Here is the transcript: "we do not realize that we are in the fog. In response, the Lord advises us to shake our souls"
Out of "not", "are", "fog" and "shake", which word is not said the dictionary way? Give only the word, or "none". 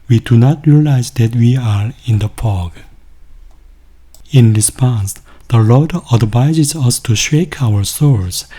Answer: fog